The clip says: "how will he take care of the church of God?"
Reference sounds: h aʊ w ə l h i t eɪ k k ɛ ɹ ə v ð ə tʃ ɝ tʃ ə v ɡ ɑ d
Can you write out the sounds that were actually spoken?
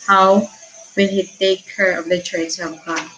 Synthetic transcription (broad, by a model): h aʊ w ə n h i t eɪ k k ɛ ɹ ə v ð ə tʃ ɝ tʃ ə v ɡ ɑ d